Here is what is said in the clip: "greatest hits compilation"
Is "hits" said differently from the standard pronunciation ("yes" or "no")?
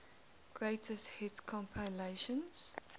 yes